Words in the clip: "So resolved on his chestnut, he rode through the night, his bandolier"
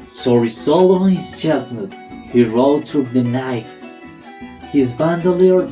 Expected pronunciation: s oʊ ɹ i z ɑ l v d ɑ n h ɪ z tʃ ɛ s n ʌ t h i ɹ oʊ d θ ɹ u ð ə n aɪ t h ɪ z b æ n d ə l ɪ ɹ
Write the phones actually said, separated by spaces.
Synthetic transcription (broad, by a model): s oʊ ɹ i s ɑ l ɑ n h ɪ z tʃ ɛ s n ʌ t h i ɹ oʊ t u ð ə n aɪ t h ɪ z b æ n d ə l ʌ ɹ